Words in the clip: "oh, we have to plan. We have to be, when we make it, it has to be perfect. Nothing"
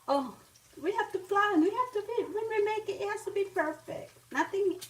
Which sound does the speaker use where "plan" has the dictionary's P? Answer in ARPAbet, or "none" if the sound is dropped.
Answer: F